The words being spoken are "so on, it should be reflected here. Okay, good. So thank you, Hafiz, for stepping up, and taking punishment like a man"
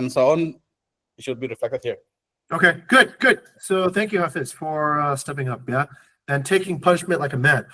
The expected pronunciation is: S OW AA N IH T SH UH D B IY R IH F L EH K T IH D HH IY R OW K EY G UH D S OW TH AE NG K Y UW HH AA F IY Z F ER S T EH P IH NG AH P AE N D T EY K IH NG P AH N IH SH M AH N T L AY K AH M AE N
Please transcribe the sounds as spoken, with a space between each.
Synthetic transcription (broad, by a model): S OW AA N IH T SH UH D B IY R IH F L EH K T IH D HH IY R OW K EY G UH D S OW TH AE NG K Y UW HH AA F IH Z F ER S T EH P IH NG AH P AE N T EY K IH NG P AH N IH SH M AH N T L AY K AH M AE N